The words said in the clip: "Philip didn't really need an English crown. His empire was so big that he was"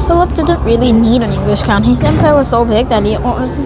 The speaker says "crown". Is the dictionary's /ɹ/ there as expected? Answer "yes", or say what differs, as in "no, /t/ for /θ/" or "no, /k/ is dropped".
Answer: no, /ɹ/ is dropped